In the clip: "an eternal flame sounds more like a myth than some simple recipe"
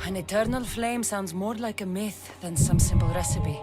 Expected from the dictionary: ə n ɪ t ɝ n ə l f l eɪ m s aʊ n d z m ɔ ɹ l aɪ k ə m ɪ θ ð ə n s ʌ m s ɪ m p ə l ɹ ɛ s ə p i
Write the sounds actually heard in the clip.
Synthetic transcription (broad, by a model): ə n ɪ t ɝ n ə l f l eɪ m s aʊ n d z m ɔ ɹ l aɪ k ə m ɪ θ ð ə n s ʌ m s ɪ m p ə l ɹ ɛ s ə p i